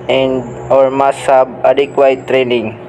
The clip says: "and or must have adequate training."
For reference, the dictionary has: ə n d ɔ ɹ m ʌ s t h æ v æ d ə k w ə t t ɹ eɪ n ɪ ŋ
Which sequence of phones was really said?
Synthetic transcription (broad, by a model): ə n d ɔ ɹ m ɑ s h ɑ b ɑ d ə k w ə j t ɹ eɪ n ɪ ŋ